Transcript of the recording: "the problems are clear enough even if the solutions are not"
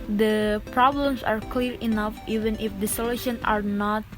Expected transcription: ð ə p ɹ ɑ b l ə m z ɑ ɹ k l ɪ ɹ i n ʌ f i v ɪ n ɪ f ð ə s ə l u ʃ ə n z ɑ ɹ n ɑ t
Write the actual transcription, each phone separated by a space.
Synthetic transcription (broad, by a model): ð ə p ɹ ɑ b l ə m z ɑ ɹ k l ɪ ɹ i n ʌ f i v ɪ n ɪ f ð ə s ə l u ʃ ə n ɑ ɹ n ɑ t